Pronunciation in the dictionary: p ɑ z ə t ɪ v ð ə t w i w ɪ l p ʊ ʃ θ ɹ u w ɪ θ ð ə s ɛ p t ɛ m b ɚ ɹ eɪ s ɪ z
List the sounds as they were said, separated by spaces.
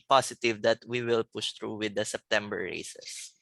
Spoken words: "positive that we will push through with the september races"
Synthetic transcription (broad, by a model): p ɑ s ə t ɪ v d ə t w i w ɪ l p ʊ ʃ t ɹ u w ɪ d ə s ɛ p t ɛ m b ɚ ɹ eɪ s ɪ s